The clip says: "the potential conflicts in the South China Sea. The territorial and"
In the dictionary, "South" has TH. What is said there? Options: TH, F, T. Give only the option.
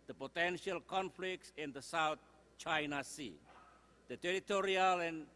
T